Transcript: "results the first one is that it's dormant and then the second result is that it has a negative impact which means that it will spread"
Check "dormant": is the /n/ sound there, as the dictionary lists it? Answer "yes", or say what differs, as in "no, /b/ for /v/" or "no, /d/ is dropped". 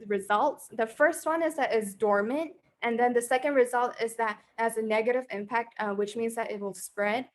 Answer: yes